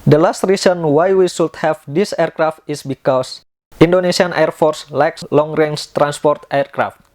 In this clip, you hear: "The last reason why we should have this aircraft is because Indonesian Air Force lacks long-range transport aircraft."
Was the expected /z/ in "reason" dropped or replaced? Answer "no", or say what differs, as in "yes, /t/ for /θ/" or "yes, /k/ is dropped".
yes, /s/ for /z/